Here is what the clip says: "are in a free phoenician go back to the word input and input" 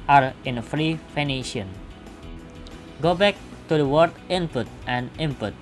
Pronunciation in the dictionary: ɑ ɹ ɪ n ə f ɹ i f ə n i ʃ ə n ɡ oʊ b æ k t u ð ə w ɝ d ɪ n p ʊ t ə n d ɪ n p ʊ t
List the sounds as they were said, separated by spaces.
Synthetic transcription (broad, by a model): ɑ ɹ ɪ n ə f ɹ i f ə n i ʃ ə n ɡ oʊ b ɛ k t u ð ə w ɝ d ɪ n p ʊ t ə n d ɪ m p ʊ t